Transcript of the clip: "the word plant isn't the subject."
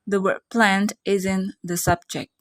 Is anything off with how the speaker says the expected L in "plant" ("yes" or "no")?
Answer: no